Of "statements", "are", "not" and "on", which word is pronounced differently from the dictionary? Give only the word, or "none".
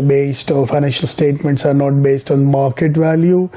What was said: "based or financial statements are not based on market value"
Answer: none